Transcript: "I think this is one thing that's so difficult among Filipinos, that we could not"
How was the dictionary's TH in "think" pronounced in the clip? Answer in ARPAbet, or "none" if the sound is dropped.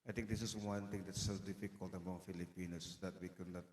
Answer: T